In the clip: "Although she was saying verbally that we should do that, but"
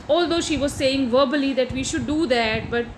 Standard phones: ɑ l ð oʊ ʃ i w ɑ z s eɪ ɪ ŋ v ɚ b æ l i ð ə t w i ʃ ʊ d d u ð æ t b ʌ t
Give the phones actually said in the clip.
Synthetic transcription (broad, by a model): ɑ l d oʊ ʃ i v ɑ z s eɪ ɪ ŋ v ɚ b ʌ l i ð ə t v i ʃ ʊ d d u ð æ t b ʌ t